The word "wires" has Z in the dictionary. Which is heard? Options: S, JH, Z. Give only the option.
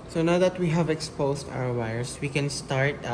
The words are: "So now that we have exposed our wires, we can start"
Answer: S